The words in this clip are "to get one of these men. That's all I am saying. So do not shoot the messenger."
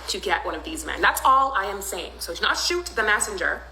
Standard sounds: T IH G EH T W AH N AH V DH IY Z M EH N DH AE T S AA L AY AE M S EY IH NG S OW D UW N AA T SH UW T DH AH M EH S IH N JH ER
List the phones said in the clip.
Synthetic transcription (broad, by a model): T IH G EH T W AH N AH V DH IY Z M EH N DH AE T S AA L AY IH M S EY IH NG S OW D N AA T SH UW T DH AH M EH S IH N JH ER